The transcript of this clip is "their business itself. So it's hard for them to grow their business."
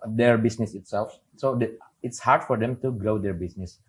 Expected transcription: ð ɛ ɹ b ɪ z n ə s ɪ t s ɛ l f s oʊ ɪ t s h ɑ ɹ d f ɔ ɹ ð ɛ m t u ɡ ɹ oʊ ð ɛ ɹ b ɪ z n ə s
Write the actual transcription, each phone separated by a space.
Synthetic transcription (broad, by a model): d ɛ ɹ b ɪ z n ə s ɪ t s ɛ l f s oʊ ɪ t s h ɑ ɹ d f ɔ ɹ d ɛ m t u ɡ ɹ oʊ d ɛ ɹ b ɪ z n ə s